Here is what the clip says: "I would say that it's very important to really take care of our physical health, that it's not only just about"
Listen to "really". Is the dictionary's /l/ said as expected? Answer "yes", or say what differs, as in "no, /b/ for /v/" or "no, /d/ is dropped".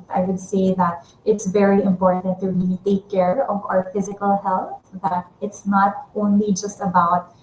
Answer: no, /l/ is dropped